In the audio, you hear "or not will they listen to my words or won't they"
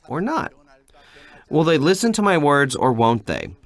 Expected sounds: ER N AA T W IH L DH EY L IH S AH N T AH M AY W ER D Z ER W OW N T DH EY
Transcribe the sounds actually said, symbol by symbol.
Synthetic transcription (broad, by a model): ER N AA T W IH L DH EY L IH S AH N T AH M AY W ER D Z ER W OW N T DH EY